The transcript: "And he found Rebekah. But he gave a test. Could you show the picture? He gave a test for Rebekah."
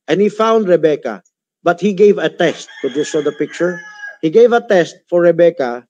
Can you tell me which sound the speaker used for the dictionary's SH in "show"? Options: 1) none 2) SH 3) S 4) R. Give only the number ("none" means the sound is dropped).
3